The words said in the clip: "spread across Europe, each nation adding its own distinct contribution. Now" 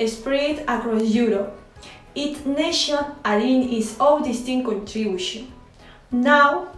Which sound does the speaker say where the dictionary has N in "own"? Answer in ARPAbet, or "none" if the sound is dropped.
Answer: L